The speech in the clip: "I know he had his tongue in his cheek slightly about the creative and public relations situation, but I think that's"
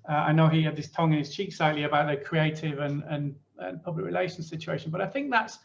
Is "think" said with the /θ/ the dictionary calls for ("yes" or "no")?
yes